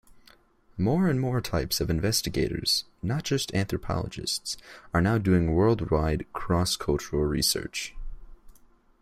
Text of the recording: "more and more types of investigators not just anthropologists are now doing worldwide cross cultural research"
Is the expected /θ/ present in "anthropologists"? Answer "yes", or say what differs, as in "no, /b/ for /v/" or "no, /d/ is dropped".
yes